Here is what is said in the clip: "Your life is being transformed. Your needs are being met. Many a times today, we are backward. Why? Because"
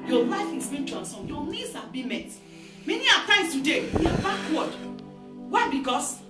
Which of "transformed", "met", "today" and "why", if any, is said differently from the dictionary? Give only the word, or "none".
transformed